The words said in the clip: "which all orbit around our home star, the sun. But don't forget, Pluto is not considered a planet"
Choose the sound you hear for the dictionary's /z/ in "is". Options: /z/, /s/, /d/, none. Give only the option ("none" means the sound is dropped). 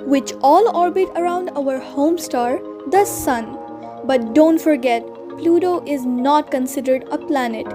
/z/